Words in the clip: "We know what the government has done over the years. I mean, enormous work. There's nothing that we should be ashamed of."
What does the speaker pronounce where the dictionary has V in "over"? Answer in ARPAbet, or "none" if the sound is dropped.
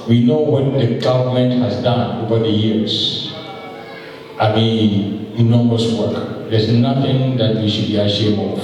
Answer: V